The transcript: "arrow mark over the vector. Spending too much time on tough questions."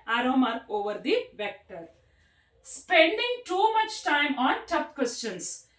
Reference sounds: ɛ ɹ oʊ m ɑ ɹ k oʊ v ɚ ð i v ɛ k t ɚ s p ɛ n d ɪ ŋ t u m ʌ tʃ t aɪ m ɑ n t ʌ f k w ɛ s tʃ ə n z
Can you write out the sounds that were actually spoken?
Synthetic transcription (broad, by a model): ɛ ɹ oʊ m ɑ ɹ k oʊ v ɚ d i v ɛ k t ɚ s p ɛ n d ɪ ŋ t u m ʌ tʃ t aɪ m ɑ n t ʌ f k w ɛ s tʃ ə n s